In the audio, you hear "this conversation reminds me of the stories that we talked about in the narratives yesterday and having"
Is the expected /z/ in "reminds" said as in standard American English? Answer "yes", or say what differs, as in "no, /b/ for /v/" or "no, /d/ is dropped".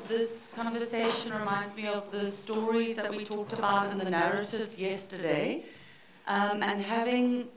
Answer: yes